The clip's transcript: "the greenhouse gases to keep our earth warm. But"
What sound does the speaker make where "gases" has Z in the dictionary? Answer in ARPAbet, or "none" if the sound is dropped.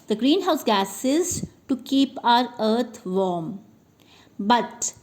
Z